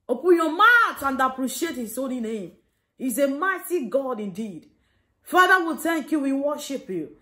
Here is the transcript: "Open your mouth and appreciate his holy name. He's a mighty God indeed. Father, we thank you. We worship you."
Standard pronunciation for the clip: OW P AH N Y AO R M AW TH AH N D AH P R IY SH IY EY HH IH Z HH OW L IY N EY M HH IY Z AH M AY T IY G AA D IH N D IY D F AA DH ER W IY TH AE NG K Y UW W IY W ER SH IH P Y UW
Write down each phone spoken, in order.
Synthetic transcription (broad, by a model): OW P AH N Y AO M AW T AH N D AH P R IY SH IY EY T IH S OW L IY N EY M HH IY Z AH M AY T IY G AA D IH N D IY D F AA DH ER W IY T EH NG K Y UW W IY W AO SH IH P Y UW